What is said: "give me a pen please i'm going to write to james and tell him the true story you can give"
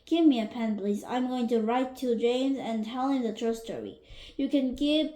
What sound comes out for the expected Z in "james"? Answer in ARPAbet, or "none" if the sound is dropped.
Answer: Z